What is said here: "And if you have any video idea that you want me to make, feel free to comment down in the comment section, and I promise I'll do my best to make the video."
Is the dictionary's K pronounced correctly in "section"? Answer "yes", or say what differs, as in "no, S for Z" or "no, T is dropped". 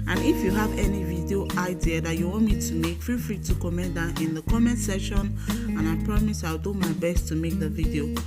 no, K is dropped